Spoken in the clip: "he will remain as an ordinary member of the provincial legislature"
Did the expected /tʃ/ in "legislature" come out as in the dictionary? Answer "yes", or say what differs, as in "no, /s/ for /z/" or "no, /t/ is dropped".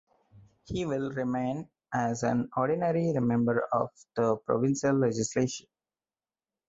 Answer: no, /ʃ/ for /tʃ/